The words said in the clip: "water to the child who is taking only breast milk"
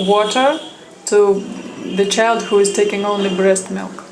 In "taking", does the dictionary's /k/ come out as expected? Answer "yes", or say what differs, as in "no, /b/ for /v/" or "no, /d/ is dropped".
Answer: yes